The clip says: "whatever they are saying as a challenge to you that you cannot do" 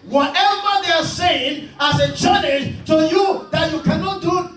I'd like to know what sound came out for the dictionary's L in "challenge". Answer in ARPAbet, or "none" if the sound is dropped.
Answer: N